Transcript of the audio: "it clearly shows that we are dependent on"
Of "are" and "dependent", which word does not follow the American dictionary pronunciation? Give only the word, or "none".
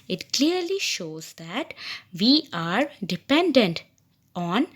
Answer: none